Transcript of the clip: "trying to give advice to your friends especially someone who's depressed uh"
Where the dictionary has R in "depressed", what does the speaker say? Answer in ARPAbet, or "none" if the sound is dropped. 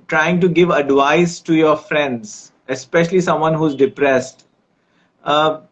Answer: R